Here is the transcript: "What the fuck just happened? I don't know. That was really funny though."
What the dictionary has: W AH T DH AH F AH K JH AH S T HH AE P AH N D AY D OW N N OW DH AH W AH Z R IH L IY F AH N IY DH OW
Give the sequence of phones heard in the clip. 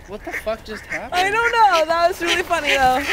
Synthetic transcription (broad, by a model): W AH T DH AH F AH K JH AH S T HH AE AH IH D OW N N OW DH AH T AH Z R IH L IY F AH N IY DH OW